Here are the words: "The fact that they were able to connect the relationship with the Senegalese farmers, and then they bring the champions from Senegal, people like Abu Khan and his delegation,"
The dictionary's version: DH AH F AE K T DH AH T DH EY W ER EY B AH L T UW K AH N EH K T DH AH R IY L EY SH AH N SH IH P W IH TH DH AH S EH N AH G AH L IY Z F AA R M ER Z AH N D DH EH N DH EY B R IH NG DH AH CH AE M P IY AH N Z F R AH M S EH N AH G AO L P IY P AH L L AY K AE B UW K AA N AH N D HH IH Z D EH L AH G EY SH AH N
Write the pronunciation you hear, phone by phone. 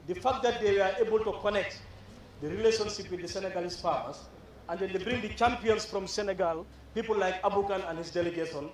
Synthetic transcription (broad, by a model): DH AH F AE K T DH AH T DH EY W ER EY B AH L T UW K AH N EH K T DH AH R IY L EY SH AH N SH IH P W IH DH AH S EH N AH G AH L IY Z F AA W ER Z AH N D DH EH N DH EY B R IH NG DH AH CH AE M P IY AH N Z F R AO M S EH N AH G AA L P IY P AH L L AY K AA B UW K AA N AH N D HH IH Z D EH L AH G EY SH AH N